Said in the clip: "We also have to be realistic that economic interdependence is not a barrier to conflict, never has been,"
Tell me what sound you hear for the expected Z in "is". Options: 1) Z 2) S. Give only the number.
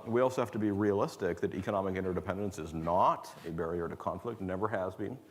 1